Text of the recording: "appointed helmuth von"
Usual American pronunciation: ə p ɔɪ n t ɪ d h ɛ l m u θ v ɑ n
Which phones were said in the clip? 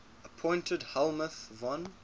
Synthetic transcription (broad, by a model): ə p ɔɪ n t ɪ d h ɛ l m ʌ θ v ɑ n